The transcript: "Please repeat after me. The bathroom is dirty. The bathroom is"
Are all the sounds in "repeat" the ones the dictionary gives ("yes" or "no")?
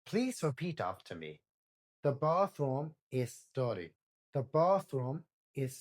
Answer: yes